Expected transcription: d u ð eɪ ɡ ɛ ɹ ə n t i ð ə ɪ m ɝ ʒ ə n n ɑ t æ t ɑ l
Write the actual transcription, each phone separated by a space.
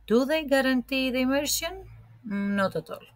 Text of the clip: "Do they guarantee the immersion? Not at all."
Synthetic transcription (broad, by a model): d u ð eɪ ɡ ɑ ɹ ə n t i ð ə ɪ m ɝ s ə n n ɑ t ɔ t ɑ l